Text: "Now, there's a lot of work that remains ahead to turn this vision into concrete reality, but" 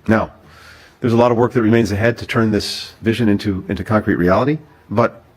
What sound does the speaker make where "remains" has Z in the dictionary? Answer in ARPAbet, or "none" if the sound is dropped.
Z